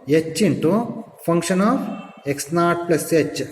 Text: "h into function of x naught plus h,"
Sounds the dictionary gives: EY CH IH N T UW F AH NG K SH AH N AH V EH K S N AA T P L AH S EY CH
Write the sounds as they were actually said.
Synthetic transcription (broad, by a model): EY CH IH N T UW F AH NG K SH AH N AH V EH K S N AA T P L AH S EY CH